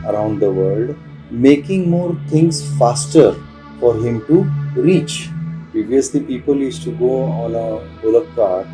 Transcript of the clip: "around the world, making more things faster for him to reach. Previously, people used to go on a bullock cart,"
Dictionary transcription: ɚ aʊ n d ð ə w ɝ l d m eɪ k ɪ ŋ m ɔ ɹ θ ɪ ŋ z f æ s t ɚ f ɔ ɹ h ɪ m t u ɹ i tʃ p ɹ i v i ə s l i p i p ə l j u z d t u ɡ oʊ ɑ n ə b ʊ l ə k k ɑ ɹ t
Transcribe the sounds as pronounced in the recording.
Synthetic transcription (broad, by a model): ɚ aʊ n d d ə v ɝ l d m eɪ k ɪ ŋ m ɔ ɹ t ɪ ŋ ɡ f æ s t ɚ f ɔ ɹ h ɪ m t u ɹ i tʃ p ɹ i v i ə s l i p i p ə l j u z t u ɡ oʊ ɑ n ə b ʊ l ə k k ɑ ɹ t